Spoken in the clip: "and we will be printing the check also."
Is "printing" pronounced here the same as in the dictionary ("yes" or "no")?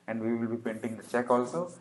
no